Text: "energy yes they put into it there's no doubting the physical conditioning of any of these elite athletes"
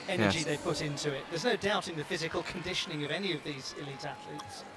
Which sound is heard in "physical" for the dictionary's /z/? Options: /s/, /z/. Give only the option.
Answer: /z/